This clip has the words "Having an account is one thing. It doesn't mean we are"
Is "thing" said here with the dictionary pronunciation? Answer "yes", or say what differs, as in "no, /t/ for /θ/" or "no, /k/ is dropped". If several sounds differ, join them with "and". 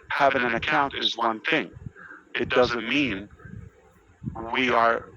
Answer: yes